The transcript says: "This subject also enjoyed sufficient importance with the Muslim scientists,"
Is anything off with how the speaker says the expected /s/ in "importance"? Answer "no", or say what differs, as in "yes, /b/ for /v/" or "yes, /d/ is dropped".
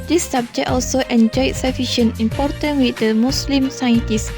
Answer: yes, /s/ is dropped